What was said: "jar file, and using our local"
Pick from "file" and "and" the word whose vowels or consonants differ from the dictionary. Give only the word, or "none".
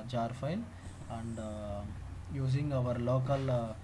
file